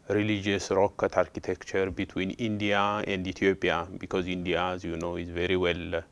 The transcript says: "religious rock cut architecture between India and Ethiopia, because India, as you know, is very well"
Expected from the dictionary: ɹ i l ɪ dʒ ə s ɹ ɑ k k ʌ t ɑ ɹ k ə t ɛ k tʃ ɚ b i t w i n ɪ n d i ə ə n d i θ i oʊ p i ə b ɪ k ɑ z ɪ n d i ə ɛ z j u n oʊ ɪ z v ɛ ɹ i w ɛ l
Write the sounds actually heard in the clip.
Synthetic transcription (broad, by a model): ɹ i l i dʒ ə s ɹ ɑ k k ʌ t ɑ ɹ k ə t ɛ k tʃ ɚ b i t w i n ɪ n d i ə ə n d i t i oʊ p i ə b ɪ k ɑ z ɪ n d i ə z j u n oʊ ɪ z v ɛ ɹ i w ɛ l